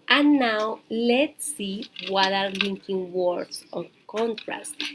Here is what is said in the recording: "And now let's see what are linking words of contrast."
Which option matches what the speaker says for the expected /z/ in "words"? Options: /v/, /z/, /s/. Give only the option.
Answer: /s/